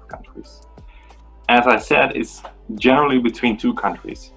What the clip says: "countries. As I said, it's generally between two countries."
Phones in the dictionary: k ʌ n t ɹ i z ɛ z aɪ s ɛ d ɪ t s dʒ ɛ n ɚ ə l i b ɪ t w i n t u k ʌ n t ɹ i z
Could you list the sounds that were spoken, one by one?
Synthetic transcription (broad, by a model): k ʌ n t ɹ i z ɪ z aɪ s ɛ d ɪ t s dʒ ɛ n ɚ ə l i b ɪ t w i n t u k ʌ n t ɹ i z